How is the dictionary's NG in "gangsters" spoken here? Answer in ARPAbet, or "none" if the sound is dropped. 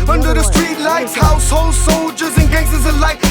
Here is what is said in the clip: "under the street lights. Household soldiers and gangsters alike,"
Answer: none